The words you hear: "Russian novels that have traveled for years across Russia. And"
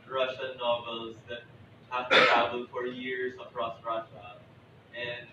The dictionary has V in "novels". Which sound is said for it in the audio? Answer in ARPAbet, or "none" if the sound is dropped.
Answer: V